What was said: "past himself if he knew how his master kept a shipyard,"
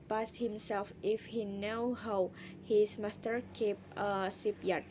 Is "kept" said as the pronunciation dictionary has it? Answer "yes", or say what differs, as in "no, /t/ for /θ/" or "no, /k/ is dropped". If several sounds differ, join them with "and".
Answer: no, /t/ is dropped